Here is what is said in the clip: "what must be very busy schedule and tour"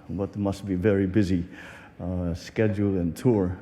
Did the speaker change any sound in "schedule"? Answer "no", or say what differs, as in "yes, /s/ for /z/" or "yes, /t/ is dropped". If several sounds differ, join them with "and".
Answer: no